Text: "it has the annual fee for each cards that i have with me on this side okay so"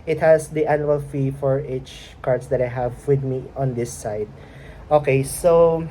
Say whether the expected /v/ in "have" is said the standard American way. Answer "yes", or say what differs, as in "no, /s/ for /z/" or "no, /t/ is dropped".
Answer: yes